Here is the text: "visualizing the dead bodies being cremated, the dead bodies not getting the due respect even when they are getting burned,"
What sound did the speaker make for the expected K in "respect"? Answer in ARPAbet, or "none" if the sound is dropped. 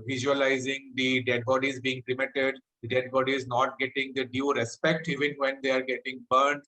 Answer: K